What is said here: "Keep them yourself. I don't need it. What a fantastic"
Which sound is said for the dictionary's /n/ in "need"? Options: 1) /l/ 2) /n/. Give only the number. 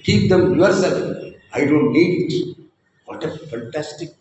1